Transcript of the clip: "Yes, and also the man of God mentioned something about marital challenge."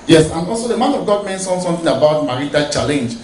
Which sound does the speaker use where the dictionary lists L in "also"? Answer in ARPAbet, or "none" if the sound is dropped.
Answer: L